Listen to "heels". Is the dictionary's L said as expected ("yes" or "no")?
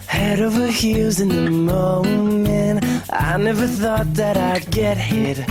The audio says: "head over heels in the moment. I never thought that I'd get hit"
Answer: no